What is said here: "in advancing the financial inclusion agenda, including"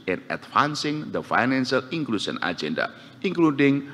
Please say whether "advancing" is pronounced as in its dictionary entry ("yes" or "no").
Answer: no